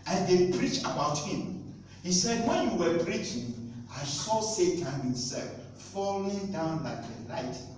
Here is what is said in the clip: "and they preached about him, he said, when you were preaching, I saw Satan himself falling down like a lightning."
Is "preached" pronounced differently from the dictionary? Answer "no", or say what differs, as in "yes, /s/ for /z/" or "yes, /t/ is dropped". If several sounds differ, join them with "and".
yes, /t/ is dropped